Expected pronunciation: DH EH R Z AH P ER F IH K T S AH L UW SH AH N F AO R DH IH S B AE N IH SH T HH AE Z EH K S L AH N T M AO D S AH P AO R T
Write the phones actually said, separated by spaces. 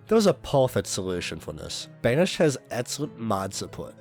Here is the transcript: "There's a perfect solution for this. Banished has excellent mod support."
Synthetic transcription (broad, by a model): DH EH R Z AH P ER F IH T S AH L UW SH AH N F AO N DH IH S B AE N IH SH HH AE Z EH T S AH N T M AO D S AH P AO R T